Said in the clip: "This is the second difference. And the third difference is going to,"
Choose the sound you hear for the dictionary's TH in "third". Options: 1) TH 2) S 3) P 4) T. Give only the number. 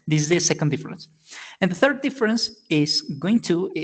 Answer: 1